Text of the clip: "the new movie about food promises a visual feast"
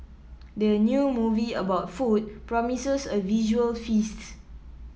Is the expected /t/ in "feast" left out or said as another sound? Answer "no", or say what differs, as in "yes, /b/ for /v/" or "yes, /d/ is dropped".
no